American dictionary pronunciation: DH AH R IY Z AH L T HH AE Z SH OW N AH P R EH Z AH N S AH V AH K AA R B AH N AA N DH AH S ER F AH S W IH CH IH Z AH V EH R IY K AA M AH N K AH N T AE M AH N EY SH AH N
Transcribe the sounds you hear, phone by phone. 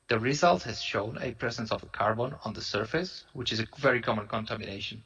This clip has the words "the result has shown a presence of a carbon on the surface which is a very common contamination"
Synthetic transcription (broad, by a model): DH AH R IY Z AH L T HH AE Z SH OW N AH P R EH Z AH N S AH V AH K AA R B AH N AA N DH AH S ER F AH S W IH CH IH Z AH V EH R IY K AA M AH N K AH N T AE M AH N EY SH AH N